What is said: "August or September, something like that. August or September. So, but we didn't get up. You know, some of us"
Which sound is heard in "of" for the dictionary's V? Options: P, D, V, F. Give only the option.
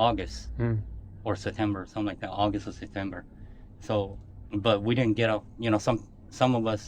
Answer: V